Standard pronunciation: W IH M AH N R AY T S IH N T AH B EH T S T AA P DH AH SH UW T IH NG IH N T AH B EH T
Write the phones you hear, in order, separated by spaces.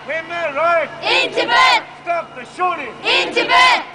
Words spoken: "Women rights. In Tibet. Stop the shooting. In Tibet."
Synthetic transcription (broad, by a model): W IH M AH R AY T IH N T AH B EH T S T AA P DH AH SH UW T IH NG IH N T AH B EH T